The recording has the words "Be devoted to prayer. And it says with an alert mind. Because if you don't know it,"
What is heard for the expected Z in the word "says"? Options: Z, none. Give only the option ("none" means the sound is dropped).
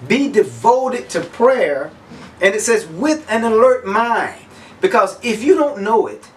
Z